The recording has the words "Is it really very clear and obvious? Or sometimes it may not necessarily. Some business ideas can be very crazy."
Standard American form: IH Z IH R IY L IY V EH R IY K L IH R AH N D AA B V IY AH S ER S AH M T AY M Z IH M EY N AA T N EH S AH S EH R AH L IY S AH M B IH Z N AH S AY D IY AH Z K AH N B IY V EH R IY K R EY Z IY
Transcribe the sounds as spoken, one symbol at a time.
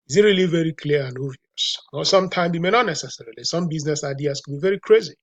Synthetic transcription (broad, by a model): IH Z IH R IY L IY V EH R IY K L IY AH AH N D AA V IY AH S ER S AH M T AY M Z IH M EY N AA T N EH S AH S EH R AH L IY S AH M B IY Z N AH S AY D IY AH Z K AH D B IY V EH R IY K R EY Z IY